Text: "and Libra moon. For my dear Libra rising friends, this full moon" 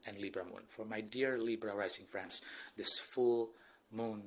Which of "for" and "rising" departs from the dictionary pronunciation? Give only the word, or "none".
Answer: rising